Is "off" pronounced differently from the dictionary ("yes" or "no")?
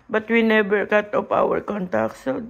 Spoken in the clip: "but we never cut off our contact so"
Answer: yes